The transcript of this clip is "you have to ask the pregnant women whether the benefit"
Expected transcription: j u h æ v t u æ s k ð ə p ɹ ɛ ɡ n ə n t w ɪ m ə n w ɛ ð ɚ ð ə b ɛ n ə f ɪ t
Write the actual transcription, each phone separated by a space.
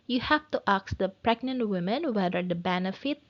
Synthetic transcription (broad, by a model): j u h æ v t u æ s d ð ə p ɹ ɛ ɡ n ə n t w ɪ m ə n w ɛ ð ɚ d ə b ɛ n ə f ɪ t